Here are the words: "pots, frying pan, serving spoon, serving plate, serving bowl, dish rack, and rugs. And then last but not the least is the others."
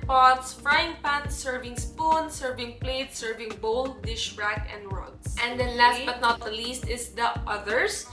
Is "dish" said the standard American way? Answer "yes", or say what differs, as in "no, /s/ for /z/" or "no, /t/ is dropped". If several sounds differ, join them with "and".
yes